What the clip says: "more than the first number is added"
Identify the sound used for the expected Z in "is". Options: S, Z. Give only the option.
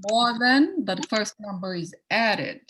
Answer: Z